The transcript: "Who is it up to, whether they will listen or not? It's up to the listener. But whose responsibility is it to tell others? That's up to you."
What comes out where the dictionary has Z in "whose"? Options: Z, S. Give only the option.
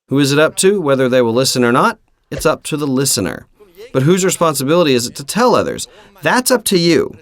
Z